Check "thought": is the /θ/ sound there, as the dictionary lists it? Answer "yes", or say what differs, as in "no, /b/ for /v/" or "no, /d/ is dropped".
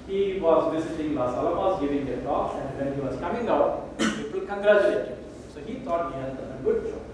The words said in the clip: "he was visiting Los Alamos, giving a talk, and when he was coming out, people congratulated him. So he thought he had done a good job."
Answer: no, /t/ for /θ/